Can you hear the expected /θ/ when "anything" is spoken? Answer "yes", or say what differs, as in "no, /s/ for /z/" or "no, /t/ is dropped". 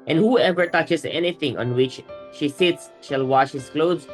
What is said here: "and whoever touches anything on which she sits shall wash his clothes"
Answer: no, /t/ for /θ/